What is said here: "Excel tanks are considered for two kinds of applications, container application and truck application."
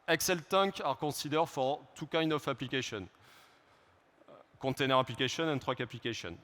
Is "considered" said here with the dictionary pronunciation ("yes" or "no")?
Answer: no